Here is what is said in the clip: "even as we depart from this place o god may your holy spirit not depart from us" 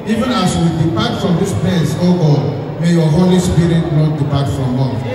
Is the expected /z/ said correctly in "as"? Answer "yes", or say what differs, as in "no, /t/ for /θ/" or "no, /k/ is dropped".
no, /s/ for /z/